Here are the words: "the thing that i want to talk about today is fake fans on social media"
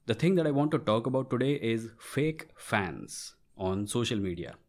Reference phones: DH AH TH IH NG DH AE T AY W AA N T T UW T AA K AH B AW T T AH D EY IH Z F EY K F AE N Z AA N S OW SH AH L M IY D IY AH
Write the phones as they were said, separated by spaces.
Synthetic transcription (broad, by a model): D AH T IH NG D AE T AY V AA N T T UW T AA K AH B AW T T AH D EY IH Z F EY K F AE N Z AA N S OW SH AH L M IY D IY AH